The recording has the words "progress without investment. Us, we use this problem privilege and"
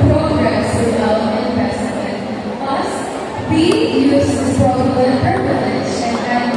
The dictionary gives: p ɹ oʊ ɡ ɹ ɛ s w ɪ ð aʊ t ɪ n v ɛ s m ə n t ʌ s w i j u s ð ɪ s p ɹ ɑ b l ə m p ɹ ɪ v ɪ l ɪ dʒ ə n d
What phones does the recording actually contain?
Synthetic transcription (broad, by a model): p ɹ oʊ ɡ ɹ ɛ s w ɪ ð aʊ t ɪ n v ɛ s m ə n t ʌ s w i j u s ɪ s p ɑ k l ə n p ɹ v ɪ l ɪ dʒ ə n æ